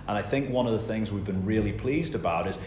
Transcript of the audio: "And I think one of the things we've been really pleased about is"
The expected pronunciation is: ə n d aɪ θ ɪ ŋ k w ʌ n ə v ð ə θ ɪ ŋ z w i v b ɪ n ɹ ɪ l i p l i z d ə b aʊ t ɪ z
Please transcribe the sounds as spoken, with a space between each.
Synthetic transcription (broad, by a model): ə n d aɪ θ ɪ ŋ k w ʌ n ə v ð ə θ ɪ ŋ z w i v b ɪ n ɹ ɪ l i p l i z d ə b aʊ t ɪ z